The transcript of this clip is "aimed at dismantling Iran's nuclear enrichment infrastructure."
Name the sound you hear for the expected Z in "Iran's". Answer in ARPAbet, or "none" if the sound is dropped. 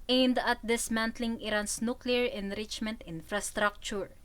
S